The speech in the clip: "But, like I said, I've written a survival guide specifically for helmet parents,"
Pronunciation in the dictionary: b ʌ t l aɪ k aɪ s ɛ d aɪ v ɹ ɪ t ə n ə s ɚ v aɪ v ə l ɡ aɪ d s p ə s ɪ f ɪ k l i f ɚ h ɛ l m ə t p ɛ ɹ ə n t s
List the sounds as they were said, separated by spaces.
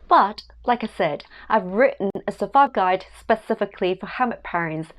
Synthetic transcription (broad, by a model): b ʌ t l aɪ k aɪ s ɛ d aɪ v ɹ ɪ t n ə s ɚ ʊ f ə ɡ aɪ d s p ə s ɪ f ɪ k l i f ɚ h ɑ m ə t p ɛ ɹ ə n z